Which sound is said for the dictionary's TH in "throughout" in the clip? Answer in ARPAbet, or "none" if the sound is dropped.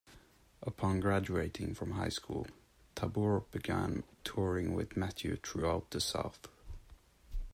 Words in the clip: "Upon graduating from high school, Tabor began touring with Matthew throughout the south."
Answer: T